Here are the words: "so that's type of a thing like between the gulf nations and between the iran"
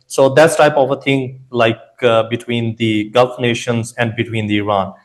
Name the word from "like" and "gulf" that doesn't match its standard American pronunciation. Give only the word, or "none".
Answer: none